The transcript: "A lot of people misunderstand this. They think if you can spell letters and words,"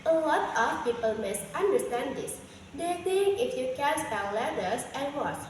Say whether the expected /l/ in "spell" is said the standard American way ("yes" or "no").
no